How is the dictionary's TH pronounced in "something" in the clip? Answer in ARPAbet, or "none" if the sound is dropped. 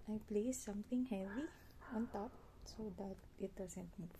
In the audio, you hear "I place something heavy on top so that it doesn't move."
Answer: T